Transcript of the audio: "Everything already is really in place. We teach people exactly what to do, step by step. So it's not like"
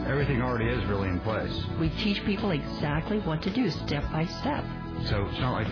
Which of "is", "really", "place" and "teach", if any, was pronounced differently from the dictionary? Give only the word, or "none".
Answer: none